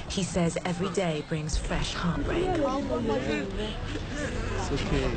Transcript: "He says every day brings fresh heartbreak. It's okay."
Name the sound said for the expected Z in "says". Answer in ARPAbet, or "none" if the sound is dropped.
Z